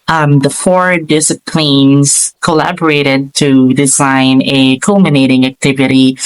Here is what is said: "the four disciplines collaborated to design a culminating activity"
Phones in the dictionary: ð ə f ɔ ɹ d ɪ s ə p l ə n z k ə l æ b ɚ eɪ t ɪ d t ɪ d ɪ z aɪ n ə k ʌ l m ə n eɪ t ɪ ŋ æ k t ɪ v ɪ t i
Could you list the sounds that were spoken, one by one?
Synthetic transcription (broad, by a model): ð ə f ɔ ɹ d ɪ s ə p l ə n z k ə l æ b ɚ eɪ t ɪ d t ɪ d ɪ z aɪ n ə k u l m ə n eɪ t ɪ ŋ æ k t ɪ v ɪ t i